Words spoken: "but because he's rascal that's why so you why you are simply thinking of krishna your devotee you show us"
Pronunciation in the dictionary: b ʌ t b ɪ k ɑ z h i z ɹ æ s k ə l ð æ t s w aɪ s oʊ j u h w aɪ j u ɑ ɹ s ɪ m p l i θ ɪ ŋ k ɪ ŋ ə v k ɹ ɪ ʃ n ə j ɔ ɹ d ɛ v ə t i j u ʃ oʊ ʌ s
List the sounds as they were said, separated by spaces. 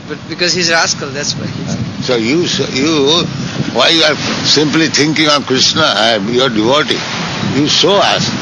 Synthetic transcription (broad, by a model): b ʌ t b ɪ k ɑ z h i z ɹ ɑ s k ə l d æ t s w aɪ s oʊ j u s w aɪ j u ɑ ɹ s ɪ m p l i t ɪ ŋ k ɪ ŋ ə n k ɹ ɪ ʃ n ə j ɔ ɹ d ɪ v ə t i j u s oʊ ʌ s